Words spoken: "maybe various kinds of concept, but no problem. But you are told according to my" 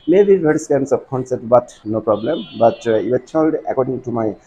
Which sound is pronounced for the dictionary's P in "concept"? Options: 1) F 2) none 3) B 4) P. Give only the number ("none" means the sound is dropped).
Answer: 2